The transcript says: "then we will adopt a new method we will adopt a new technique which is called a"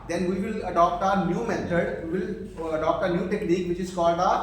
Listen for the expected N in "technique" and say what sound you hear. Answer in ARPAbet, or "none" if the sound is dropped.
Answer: L